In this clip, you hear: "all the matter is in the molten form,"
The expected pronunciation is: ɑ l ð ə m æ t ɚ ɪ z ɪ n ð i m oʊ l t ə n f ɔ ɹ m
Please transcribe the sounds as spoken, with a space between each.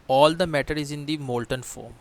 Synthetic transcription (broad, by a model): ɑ l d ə m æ t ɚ ɪ z ɪ n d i m oʊ l t ə n f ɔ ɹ m